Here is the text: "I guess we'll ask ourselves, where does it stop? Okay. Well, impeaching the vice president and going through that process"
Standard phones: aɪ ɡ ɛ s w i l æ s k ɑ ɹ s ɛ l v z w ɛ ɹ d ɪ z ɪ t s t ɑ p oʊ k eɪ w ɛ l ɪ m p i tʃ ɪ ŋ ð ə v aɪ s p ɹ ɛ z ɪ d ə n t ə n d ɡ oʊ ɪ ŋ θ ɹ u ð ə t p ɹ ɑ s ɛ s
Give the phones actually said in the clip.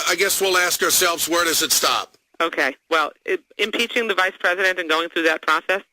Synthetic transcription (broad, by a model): aɪ ɡ ɛ s w i l æ s k ɑ ɹ s ɛ l v z w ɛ ɹ d ɪ z ɪ t s t ɑ p oʊ k eɪ w ɛ l ɪ m p i tʃ ɪ ŋ ð ə v aɪ s p ɹ ɛ z ɪ d ə n t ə n ɡ oʊ ɪ ŋ θ ɹ u ð ə t p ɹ ɑ s ɛ s